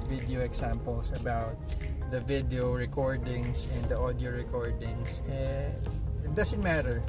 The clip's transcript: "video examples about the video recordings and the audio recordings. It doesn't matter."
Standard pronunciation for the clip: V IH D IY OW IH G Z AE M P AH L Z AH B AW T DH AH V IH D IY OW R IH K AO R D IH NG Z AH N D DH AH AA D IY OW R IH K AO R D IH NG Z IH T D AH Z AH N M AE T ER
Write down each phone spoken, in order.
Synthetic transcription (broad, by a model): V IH D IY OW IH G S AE M P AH L S AH B AW T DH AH V IH D IY OW R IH K AO R D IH NG S AH N D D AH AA D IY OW R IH K AO R D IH NG S IH T D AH S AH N M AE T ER